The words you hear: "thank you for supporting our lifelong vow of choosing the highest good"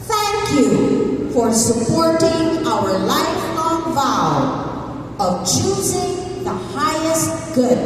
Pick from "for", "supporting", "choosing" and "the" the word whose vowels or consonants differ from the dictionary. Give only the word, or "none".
none